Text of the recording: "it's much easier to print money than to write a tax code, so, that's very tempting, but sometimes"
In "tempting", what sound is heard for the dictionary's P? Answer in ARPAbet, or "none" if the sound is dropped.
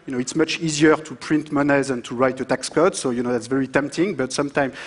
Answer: P